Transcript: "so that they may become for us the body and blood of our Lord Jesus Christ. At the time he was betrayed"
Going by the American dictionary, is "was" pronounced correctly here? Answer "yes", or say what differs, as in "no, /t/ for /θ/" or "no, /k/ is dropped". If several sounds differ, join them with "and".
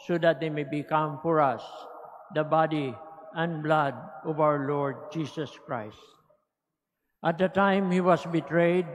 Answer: no, /s/ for /z/